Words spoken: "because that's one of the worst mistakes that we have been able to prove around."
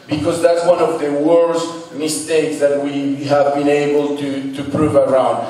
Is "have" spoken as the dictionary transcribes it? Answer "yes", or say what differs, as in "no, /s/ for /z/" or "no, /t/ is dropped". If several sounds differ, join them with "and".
yes